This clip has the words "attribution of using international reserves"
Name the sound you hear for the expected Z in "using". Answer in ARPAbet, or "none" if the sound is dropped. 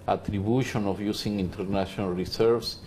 S